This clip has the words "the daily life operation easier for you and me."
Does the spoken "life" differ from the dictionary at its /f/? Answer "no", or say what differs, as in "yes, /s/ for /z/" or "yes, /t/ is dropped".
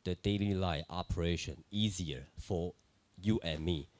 yes, /f/ is dropped